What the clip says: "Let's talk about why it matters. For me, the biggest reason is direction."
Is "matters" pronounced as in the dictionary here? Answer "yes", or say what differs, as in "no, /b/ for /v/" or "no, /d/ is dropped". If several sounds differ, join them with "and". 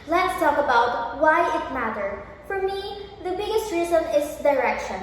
no, /z/ is dropped